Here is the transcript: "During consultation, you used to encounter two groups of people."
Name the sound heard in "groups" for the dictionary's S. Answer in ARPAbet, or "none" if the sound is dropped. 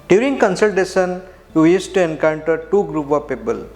none